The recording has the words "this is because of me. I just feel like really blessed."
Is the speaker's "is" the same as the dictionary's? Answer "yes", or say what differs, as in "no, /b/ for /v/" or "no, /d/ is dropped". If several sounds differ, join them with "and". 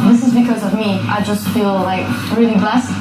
yes